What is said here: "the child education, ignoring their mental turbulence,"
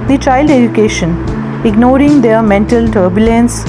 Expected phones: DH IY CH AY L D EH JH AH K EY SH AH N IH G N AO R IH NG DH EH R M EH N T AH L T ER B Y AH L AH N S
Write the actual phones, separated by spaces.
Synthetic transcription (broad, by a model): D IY CH AY L D EH JH AH K EY SH AH N IH G N AO R IH NG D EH R M EH N T AH L T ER B Y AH L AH N S